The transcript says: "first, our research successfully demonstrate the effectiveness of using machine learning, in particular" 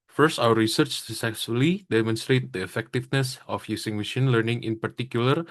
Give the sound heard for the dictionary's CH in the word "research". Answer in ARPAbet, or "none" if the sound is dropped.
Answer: CH